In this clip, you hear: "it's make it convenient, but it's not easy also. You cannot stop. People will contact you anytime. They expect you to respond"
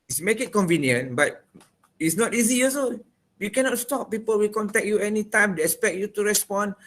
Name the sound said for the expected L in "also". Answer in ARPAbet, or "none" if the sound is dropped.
none